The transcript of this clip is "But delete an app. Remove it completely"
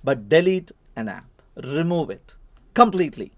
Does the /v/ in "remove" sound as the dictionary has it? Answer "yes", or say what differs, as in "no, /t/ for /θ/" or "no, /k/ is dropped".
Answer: yes